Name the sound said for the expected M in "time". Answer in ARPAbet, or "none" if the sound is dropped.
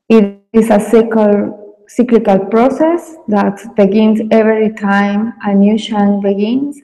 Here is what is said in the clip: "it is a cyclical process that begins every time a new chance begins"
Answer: M